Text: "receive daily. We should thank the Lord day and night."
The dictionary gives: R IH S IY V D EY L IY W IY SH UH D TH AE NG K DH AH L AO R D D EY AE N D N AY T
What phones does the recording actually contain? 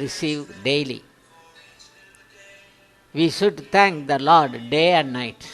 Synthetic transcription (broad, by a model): R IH S IY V D EY L IY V IY SH UH D T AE NG K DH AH L AO R D D EY AE N D N AY T